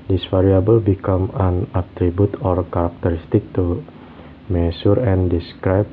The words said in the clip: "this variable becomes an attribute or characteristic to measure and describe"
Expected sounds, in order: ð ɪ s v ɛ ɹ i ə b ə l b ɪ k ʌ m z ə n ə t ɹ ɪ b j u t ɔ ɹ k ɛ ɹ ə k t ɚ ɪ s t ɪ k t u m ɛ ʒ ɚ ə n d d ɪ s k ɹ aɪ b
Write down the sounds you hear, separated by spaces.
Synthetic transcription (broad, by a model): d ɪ s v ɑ ɹ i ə b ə l b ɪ k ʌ m ə n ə t ɹ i b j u t ɔ ɹ k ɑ ɹ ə k t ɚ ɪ s t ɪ k t u m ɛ s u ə n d d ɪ s k ɹ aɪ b